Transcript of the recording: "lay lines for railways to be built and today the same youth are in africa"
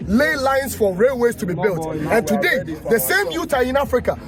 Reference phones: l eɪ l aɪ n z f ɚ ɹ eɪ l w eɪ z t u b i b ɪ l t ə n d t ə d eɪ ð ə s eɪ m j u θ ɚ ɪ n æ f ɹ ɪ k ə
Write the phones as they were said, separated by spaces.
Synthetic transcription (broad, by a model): l eɪ l aɪ n s f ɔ ɹ eɪ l w eɪ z t u b i b ɪ l t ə n t ə d eɪ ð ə s eɪ m j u t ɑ ɪ n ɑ f ɹ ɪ k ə